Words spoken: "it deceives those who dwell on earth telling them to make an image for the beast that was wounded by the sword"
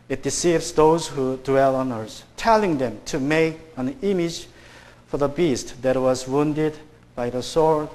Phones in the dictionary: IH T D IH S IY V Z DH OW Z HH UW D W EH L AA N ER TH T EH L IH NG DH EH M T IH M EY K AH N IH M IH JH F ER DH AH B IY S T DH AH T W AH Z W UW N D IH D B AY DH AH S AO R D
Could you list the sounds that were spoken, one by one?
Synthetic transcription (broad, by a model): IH T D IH S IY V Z DH OW Z HH UW D W EH L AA N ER S T EH L IH NG DH EH M T IH M EY K AH N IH M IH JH F ER DH AH B IY S T DH AH T W AH Z W UW N D IH D B AY DH AH S AO R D